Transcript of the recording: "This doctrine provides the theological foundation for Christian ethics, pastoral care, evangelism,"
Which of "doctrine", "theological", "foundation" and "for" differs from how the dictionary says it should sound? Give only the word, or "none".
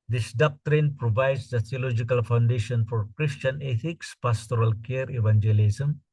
theological